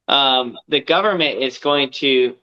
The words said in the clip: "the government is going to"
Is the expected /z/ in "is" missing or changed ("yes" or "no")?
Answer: no